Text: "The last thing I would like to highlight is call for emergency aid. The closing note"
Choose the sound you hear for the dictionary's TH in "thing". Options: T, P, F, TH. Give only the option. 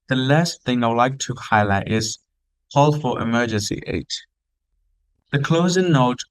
TH